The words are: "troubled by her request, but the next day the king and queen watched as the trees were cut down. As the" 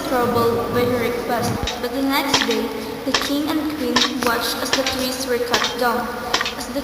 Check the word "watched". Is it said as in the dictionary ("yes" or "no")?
yes